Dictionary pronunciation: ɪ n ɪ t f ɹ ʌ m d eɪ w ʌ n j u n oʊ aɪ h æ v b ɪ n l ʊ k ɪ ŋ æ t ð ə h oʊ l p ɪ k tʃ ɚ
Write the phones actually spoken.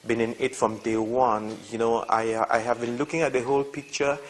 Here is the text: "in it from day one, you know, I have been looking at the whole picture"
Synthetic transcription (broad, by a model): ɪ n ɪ t f ɹ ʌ m d eɪ w ʌ n j u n oʊ aɪ h æ v b ɪ n l ʊ k ɪ ŋ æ t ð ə h oʊ l p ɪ k tʃ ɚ